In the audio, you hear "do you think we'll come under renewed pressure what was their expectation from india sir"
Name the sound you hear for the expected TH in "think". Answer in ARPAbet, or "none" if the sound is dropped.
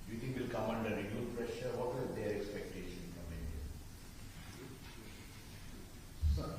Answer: T